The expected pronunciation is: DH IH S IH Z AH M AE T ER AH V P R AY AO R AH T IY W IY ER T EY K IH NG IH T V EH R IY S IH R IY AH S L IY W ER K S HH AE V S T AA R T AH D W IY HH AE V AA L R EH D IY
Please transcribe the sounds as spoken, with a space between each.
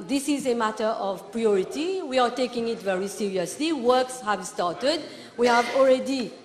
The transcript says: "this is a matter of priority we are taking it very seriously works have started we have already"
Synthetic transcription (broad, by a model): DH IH S IH Z AH M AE T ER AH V P R AY AO R AH T IY W IY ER T EY K IH NG IH T V EH R IY S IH R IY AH S L IY W ER K S HH AE V S T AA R T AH D W IY HH AE V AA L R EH D IY